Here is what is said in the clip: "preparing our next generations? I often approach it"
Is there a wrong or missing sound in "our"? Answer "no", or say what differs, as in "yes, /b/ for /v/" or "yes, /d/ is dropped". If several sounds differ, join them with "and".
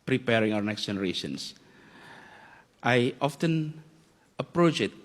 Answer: yes, /w/ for /ɹ/